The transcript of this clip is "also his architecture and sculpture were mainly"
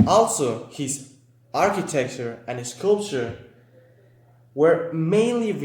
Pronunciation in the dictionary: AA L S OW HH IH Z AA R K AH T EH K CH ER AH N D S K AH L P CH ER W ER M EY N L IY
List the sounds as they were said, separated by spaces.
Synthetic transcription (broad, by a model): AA L S OW HH IH Z AA R K AH T EH K CH ER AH N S S K AH L P CH ER W ER M EY N L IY